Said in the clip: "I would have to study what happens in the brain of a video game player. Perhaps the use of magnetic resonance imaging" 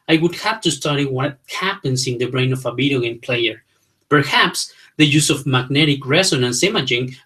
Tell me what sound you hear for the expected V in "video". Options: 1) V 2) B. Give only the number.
2